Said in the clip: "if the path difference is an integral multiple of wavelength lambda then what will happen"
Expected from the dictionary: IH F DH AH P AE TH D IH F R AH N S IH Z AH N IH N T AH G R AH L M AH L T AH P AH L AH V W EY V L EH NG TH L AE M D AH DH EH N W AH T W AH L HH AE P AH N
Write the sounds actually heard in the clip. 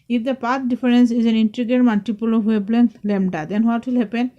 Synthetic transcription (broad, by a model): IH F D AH P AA T D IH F R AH N S IH Z AH N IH N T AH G AH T M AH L T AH P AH L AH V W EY B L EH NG L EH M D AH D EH N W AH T W AH L HH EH P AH N